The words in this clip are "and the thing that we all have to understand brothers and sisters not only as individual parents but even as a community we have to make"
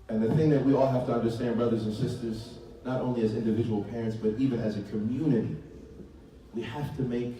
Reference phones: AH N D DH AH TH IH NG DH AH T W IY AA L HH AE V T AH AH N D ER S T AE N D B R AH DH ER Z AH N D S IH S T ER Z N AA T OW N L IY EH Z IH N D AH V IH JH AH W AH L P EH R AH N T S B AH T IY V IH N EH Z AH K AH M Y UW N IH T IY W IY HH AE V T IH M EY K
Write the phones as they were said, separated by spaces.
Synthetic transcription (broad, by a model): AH N DH AH TH IH NG DH AH T W IY AA L HH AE F T AH AH N D ER S T AE N D B R AH DH ER Z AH N S IH S T ER Z N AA T OW N L IY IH Z IH N D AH V IH JH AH W L P EH R AH N T S B AH T IY V IH N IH Z AH K AH M Y UW N IH T IY W IY HH AE F T IH M EY K